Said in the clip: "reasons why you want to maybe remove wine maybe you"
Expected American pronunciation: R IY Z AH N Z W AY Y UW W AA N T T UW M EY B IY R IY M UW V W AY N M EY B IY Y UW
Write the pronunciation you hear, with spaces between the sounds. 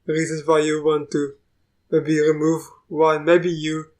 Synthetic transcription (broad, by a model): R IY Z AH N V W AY Y UW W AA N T T UW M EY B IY R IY M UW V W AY L M EY B IY Y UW